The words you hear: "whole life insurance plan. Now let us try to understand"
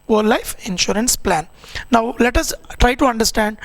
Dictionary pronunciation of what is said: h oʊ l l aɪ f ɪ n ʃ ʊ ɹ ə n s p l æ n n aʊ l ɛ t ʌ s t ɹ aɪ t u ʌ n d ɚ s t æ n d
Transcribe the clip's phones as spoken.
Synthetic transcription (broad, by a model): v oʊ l l aɪ f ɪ n ʃ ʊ ɹ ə n s p l æ n n aʊ l ɛ t ʌ s t ɹ aɪ t u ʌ n d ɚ s t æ n d